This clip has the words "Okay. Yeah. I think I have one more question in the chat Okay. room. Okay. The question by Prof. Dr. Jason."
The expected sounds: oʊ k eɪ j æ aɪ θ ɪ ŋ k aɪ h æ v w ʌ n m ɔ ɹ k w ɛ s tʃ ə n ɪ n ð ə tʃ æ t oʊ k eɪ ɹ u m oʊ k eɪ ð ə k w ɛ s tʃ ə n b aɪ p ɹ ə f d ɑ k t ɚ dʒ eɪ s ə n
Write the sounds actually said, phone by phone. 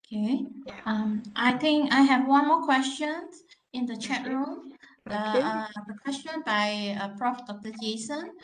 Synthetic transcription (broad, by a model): k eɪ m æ aɪ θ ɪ ŋ k aɪ h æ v w ʌ n m ɔ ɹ k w ɛ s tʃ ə n ɪ n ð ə tʃ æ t ɹ u m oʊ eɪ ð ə k w ɛ s tʃ ə n b aɪ p ɹ ə f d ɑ k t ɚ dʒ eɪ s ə n